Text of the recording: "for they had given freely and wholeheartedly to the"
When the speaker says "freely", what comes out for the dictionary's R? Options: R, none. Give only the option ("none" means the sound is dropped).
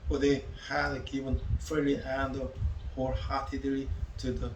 none